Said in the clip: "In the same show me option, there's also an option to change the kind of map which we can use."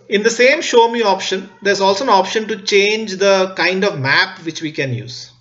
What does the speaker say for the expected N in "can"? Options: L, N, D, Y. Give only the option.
N